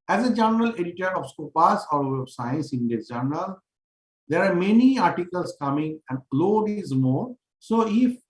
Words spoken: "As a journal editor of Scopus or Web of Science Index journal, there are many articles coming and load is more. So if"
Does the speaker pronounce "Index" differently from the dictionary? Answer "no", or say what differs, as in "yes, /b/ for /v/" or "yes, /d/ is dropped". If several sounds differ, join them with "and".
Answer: yes, /k/ is dropped